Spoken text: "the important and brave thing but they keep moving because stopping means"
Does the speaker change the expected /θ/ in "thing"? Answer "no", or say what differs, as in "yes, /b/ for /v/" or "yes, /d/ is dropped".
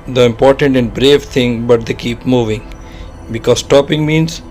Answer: yes, /t/ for /θ/